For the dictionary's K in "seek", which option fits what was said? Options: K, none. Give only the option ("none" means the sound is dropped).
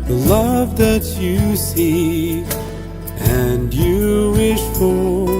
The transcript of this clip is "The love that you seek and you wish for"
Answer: none